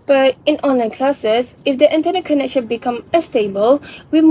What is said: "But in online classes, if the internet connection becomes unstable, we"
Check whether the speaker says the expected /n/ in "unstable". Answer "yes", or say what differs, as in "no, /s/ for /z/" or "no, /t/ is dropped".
no, /n/ is dropped